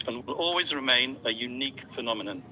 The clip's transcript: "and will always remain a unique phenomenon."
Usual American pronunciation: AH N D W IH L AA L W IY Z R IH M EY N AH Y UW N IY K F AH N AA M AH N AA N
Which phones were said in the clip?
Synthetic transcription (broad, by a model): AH N W IH L AA L W IY Z R IH M EY N AH Y UW N IY K F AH N AA M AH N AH N